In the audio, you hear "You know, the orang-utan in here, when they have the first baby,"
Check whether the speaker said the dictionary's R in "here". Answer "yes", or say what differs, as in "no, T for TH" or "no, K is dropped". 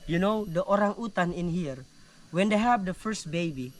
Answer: yes